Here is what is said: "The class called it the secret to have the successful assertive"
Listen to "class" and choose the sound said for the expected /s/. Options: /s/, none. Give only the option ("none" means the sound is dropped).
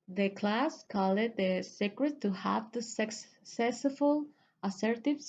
/s/